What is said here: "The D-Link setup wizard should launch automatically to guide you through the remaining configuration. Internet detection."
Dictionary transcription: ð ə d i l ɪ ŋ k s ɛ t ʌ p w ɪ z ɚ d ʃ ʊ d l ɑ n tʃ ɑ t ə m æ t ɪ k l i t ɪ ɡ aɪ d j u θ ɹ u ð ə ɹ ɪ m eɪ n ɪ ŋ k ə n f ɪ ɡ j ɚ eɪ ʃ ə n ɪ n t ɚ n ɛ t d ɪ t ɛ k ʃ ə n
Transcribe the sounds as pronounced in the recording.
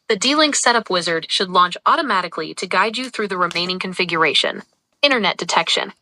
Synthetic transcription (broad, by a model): ð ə d i l ɪ ŋ s ɛ t ʌ p w ɪ z ɚ d ʃ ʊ d l ɑ n tʃ ɑ t ə m æ t ɪ k l i t ɪ ɡ aɪ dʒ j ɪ θ ɹ u ð ə ɹ ɪ m eɪ n ɪ ŋ k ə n f ɪ ɡ j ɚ eɪ ʃ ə n ɪ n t ɚ n ɛ t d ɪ t ɛ k ʃ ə n